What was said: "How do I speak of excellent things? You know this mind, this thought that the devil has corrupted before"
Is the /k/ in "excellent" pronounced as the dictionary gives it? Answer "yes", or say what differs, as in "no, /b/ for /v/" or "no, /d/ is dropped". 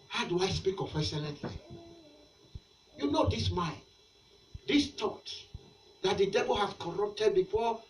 no, /k/ is dropped